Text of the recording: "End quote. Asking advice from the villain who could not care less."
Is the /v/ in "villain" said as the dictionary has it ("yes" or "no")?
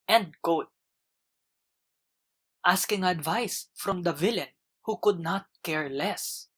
yes